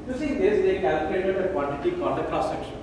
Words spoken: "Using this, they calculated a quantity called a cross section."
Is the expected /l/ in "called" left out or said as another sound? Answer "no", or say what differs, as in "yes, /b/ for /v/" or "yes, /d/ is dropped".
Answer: yes, /n/ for /l/